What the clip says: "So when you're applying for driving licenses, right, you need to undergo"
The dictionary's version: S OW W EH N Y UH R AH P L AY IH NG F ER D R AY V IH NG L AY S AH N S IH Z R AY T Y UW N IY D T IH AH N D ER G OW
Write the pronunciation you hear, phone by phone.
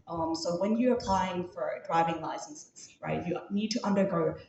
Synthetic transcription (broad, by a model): S OW W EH N Y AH R AH P L AY IH NG F ER D R AY V IH NG L AY S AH N S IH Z R AY T Y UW N IY D T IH AH N D ER G OW